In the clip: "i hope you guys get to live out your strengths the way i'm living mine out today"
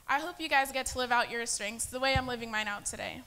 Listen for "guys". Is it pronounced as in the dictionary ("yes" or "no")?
yes